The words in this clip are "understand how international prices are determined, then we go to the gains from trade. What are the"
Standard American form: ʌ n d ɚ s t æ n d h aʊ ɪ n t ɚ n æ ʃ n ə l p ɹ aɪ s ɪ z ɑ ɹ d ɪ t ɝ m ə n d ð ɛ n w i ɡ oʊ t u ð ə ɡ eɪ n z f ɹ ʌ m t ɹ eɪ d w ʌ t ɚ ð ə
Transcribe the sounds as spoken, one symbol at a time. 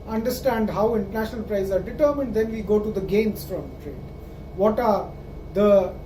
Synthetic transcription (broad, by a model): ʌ n d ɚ s t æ n d h aʊ ɪ n t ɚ n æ ʃ n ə l p ɹ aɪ ɪ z ɑ ɹ d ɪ t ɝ m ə n d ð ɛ n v i ɡ oʊ t u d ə ɡ eɪ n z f ɹ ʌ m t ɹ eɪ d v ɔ t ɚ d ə